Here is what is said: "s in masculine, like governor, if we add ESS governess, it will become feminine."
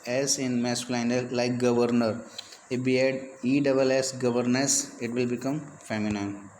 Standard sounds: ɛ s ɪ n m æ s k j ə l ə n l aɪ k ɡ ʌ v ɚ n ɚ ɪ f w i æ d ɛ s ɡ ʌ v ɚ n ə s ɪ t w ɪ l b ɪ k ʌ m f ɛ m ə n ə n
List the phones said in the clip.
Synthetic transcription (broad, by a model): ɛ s ɪ n m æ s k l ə n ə l l aɪ k ɡ ʌ v ɚ n ɚ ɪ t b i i d ɛ s ɡ ʌ v ɚ n ə s ɪ t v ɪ l b ɪ k ʌ m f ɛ m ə n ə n